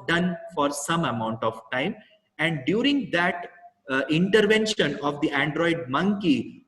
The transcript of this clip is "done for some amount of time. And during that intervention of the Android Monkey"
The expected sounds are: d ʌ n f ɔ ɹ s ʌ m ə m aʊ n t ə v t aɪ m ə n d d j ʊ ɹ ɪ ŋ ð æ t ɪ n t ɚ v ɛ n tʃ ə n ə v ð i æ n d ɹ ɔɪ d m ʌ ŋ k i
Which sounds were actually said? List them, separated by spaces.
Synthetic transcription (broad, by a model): d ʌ n f ɔ ɹ s ʌ m ə m aʊ n t ə v t aɪ m ə n d d j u ɹ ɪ ŋ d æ t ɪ n t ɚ v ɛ n ʃ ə n ə v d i æ n d ɹ ɔɪ d m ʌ ŋ k i